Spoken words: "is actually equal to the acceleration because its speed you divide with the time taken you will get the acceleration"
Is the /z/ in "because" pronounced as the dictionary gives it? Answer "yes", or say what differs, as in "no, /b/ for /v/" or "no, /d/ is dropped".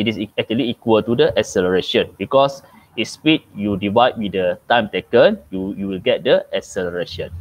no, /s/ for /z/